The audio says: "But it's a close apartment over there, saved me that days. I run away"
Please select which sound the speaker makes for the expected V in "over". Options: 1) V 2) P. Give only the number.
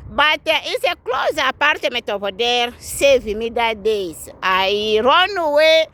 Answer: 2